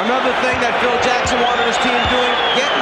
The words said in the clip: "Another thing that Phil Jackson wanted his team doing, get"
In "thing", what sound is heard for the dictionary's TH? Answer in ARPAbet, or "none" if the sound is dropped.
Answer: TH